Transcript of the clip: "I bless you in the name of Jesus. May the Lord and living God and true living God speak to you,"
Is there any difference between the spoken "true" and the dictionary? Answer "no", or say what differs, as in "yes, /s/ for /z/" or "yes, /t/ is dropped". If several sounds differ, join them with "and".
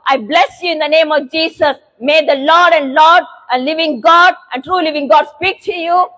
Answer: no